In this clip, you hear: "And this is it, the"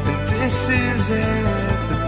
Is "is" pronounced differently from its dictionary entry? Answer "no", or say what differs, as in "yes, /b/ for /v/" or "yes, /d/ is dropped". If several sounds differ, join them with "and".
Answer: no